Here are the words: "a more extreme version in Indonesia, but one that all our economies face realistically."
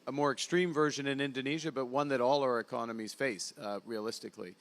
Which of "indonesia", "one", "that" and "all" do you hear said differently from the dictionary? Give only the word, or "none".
none